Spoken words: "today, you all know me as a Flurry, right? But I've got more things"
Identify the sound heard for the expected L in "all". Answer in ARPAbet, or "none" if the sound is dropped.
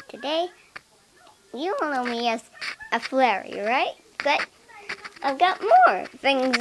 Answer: N